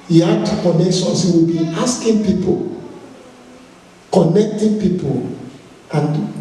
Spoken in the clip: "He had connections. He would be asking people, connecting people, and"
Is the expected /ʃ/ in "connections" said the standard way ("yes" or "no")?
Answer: no